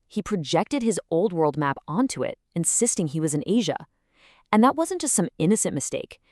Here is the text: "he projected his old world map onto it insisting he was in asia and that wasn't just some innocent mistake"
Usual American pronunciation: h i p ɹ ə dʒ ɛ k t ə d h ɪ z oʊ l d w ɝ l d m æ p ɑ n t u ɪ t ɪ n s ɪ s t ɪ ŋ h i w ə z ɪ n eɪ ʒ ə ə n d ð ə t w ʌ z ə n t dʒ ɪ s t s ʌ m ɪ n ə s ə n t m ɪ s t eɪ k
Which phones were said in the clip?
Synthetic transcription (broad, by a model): h i p ɹ ə dʒ ɛ k t ə d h ɪ z oʊ l d w ɝ l d m æ p ɑ n t u ɪ t ɪ n s ɪ s t ɪ ŋ i w ə z ɪ n eɪ ʒ ə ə n ð ə t w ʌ z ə n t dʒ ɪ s s ʌ m ɪ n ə s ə n m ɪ s t eɪ k